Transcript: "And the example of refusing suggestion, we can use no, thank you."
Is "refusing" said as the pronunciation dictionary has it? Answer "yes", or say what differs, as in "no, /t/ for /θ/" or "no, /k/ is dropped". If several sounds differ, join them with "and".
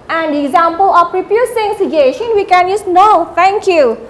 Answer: no, /p/ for /f/ and /s/ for /z/